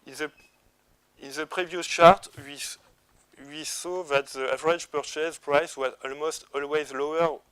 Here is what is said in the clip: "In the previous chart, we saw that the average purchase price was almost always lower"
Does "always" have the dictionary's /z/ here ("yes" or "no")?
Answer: yes